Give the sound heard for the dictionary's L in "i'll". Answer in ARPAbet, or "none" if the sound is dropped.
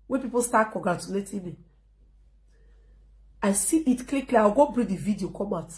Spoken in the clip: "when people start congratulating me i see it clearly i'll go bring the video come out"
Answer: W